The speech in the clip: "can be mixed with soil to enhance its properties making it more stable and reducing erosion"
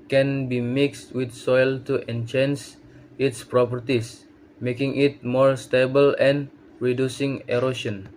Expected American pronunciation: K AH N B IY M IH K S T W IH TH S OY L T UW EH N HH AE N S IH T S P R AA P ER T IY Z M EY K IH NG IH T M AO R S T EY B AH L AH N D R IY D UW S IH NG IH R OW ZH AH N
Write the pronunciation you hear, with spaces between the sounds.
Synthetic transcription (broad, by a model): K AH N B IY M IH K S T W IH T S OY L T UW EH N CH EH N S IH T S P R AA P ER T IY S M EY K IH NG IH T M AO R S T EY B AH L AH N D R IY D UW S IH NG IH R OW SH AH N